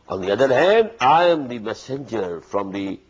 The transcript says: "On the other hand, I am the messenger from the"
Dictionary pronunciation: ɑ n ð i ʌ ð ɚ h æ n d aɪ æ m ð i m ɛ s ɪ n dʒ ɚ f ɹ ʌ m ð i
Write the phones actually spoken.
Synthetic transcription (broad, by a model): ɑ n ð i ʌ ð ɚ h æ n d aɪ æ m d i m ɛ s ɪ n dʒ ɚ f ɹ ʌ m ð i